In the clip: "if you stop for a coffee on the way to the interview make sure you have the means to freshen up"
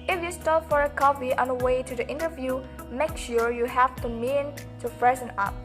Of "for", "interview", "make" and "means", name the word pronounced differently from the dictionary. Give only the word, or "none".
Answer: means